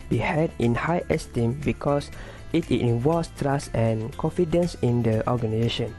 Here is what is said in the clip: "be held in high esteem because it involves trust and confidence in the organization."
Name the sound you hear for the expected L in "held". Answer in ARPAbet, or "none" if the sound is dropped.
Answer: none